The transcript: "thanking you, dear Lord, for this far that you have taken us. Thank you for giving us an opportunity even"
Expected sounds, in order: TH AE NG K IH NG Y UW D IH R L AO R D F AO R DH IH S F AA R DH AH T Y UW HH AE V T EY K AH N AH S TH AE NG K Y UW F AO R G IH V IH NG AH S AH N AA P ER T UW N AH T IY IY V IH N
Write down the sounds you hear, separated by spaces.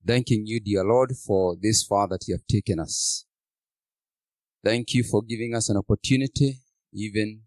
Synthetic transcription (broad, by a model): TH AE NG K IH NG Y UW D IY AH L AO R D F AO R DH IH S F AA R DH AH T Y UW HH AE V T EY K AH N AH S TH AE NG K Y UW F AO R G IH V IH NG AH S AH N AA P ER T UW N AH T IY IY V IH N